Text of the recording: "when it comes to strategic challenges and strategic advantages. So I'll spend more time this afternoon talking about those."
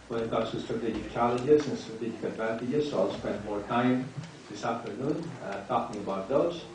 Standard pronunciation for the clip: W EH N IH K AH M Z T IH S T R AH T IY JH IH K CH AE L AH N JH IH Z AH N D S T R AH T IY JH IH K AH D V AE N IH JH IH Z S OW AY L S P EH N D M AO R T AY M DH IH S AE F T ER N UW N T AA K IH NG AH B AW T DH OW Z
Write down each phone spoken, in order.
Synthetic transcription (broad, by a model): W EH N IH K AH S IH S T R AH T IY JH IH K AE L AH JH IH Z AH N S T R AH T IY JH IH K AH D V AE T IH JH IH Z S OW AY L S P EH N D M AO R T AY M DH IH S AE F T ER N UW N T AA K IH NG AH B AW T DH OW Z